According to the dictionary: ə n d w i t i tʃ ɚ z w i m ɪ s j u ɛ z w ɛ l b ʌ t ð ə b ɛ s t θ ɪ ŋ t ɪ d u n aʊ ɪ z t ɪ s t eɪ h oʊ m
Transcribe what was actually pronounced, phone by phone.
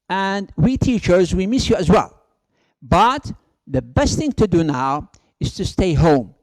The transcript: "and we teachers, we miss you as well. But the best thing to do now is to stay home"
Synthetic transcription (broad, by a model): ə n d w i t i tʃ ɚ z w i m ɪ s j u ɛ z w ɛ l b ʌ t ð ə b ɛ s t θ ɪ ŋ t ɪ d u n aʊ ɪ z t ɪ s t eɪ h oʊ m